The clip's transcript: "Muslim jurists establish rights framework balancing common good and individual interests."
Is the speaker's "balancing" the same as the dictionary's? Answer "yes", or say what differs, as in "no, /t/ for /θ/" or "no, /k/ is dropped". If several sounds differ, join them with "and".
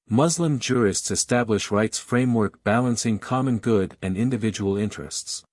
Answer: yes